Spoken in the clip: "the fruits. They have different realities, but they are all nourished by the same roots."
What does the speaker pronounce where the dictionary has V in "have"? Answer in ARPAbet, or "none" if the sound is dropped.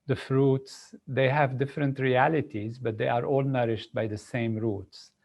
V